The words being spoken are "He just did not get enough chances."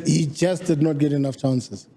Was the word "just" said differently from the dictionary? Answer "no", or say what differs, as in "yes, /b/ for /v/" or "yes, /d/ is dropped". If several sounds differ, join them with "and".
yes, /tʃ/ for /dʒ/